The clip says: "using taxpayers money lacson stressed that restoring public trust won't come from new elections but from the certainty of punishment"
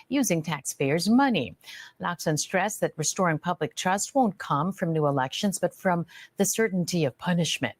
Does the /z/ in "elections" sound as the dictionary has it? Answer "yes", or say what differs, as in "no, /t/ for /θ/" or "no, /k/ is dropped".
yes